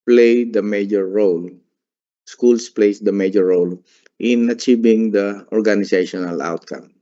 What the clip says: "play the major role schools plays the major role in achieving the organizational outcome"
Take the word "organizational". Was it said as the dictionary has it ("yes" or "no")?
no